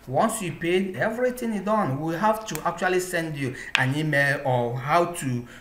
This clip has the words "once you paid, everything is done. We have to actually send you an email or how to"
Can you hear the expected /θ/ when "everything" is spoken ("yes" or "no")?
no